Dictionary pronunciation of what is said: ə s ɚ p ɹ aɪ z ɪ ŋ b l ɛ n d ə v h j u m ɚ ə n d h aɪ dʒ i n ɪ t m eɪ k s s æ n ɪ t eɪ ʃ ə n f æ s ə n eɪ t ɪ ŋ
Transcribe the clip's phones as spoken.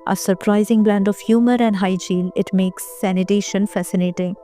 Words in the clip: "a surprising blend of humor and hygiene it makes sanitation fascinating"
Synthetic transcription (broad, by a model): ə s ɚ p ɹ aɪ z ɪ ŋ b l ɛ n d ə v h j u m ɚ ə n d h aɪ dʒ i l ɪ t m eɪ k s s æ n ɪ t eɪ ʃ ə n f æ s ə n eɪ t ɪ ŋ